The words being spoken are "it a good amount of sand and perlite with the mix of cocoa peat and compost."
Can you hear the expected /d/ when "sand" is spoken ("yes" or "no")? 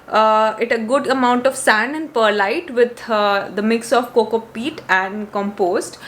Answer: no